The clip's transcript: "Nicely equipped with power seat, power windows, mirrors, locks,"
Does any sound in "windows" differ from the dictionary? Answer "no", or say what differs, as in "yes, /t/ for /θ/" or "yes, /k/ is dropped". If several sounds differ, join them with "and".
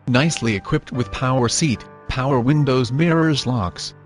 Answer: no